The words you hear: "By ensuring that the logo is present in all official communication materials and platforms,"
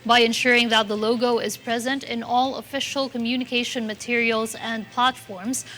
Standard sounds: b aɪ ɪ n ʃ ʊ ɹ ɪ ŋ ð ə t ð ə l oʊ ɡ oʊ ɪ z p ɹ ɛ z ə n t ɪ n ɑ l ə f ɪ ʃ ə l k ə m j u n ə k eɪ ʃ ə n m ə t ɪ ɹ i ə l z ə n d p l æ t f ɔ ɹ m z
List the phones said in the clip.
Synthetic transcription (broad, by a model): b aɪ ɪ n ʃ ʊ ɹ ɪ ŋ ð ə t ð ə l oʊ ɡ oʊ ɪ z p ɹ ɛ z ə n t ɪ n ɑ l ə f ɪ ʃ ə l k ə m j u n ə k eɪ ʃ ə n m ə t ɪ ɹ i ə l z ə n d p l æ t f ɔ ɹ m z